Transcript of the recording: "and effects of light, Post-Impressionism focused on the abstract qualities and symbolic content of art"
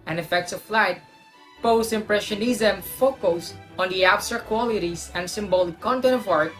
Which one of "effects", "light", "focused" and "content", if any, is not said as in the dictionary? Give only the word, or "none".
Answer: focused